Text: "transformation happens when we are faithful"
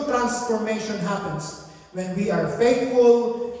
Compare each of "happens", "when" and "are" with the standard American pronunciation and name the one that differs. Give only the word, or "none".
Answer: happens